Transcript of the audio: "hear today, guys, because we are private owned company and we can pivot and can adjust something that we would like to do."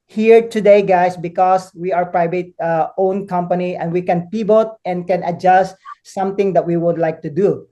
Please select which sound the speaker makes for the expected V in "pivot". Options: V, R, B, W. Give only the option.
B